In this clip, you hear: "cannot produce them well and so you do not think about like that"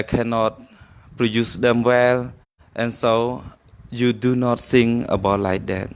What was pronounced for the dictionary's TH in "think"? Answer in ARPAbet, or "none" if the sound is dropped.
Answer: S